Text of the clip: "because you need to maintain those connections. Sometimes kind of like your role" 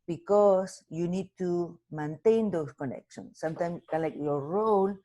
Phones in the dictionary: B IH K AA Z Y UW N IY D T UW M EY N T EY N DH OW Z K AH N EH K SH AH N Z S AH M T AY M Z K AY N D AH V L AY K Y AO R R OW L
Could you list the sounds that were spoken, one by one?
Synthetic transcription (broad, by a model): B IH K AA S Y UW N IY D T UW M EY N T EY N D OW S K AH N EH K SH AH N S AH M T AY M S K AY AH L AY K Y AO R R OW L